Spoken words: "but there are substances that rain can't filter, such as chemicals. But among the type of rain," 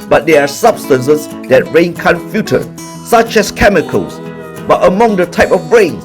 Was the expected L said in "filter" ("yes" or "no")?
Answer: no